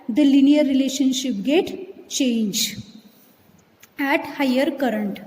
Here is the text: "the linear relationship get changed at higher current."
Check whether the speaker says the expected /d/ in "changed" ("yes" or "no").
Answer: no